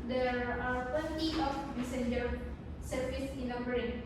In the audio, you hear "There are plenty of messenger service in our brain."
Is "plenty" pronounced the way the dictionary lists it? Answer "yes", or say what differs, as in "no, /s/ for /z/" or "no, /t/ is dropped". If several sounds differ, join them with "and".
no, /l/ is dropped